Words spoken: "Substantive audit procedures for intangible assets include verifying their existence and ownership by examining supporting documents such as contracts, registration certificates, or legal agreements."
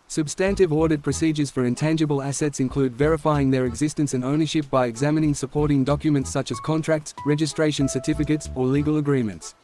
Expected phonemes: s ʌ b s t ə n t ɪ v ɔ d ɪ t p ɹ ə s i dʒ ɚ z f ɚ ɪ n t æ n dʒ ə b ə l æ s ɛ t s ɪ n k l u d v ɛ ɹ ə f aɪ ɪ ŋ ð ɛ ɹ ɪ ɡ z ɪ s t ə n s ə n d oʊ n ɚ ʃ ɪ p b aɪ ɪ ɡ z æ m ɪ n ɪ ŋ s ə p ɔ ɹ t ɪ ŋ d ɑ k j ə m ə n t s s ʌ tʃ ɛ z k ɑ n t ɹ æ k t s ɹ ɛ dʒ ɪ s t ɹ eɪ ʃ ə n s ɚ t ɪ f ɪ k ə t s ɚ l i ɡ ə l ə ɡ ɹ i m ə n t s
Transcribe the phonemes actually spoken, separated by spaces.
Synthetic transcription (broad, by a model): s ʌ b s t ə n t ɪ v ɔ d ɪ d p ɹ ə s i dʒ ɚ z f ɚ ɪ n t æ n dʒ ə b ə l æ s ɛ t s ɪ n k l u d v ɛ ɹ ə f aɪ ɪ ŋ ð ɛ ɹ ɪ ɡ z ɪ s t ə n s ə n oʊ n ɚ ʃ ɪ p b aɪ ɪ ɡ z æ m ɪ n ɪ ŋ s ə p ɔ ɹ t ɪ ŋ d ɑ k j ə m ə n t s s ʌ tʃ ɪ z k ɑ n t ɹ æ k t s ɹ ɛ dʒ ɪ s t ɹ eɪ ʃ ə n s ɚ t ɪ f ɪ k ə t s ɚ l i ɡ ə l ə ɡ ɹ i m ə n t s